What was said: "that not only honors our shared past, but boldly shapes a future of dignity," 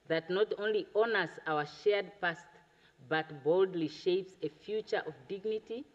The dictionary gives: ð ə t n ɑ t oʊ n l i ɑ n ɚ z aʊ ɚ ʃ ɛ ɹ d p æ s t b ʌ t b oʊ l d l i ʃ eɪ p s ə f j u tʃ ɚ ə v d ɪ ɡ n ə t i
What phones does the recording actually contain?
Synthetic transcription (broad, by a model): ð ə t n ɑ t oʊ n l i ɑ n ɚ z aʊ ɚ ʃ ɛ ɹ d p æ s t b ʌ t b oʊ l d l i ʃ eɪ p s ə f j u tʃ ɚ ə v d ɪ ɡ n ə t i